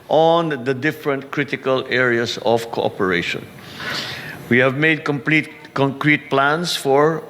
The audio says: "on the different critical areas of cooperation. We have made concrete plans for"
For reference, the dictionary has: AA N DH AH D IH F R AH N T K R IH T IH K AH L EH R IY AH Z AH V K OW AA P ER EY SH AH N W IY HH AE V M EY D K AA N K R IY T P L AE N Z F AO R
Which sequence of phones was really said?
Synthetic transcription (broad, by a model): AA N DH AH D IH F R AH N T K R IH T IH K AH L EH R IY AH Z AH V K OW AA P ER EY SH AH N W IY HH AE V M EY D K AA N K R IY T P L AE N S F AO R